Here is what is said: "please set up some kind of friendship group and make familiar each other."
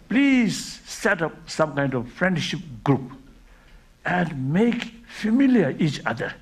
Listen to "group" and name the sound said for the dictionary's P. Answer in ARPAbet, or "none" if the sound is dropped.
P